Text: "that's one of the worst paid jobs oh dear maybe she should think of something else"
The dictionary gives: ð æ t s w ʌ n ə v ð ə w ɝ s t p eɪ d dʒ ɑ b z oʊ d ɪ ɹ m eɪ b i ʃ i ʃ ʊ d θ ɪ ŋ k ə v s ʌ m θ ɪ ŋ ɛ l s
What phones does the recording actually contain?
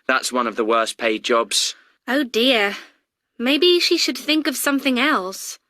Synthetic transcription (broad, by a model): ð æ t s w ʌ n ə v ð ə w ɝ s p eɪ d dʒ ɑ b z oʊ d ɪ ɹ m eɪ b i ʃ i ʃ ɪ d θ ɪ ŋ k ə v s ʌ m θ ɪ ŋ ɛ l s